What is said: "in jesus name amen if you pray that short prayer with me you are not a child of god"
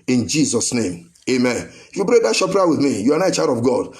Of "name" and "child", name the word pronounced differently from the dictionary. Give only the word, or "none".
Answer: child